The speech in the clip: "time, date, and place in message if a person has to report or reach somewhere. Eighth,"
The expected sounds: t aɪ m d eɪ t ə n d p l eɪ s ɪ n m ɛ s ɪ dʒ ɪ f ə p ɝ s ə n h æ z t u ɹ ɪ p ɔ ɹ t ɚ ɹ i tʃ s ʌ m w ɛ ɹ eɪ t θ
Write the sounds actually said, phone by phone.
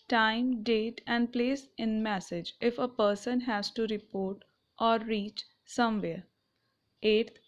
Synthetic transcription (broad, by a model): t aɪ m d eɪ t ə n d p l eɪ s ɪ n m ɛ s ɪ dʒ ɪ f ə p ɝ s ə n h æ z t u ɹ ɪ p ɔ ɹ t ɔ ɹ i tʃ s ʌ m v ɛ ɹ eɪ t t